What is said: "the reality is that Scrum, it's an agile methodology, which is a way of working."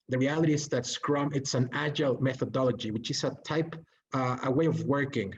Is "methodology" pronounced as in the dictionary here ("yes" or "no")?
yes